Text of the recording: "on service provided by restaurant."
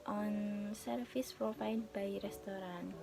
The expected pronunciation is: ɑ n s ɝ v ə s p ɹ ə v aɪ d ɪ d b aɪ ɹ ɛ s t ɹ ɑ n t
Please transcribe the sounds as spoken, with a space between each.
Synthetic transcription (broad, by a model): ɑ n s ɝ f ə s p ɹ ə f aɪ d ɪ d b aɪ ɹ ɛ s t ɹ ɑ n